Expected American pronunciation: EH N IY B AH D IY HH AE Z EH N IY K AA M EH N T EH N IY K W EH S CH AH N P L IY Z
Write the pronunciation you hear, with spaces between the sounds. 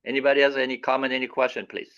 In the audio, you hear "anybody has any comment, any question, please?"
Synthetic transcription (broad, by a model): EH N IY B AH D IY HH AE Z EH N IY K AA M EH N EH N IY K W EH S CH AH N P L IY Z